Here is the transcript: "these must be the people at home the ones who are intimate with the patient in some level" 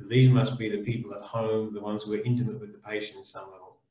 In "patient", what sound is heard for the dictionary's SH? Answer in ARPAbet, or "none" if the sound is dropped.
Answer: none